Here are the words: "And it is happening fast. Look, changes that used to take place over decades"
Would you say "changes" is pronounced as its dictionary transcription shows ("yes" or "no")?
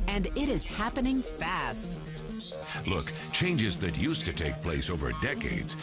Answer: yes